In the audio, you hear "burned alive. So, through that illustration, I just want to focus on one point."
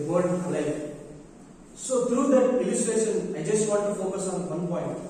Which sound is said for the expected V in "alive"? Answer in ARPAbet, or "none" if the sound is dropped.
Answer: F